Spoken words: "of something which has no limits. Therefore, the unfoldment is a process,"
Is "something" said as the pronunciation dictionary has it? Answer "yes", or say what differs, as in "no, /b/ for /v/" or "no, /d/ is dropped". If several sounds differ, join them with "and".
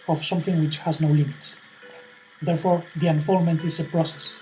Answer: yes